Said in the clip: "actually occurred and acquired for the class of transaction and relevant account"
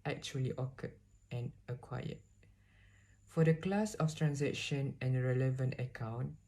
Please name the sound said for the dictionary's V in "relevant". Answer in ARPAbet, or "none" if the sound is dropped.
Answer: V